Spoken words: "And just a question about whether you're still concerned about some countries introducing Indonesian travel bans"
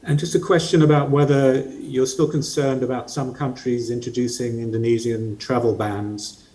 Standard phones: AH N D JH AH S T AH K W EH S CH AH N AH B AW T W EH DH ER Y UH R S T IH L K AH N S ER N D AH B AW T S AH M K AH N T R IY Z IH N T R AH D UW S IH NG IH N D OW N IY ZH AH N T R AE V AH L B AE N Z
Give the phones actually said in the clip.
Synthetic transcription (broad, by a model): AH N JH AH S T AH K W EH S CH AH N AH B AW T W EH DH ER Y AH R S T IH L K AH N S ER N D AH B AW T S AH M K AH N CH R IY Z IH N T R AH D UW S IH NG IH N D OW N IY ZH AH N T R AE V AH L B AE N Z